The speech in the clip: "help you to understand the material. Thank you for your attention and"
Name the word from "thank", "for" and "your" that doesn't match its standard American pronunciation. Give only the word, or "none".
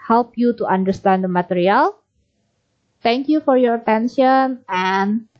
thank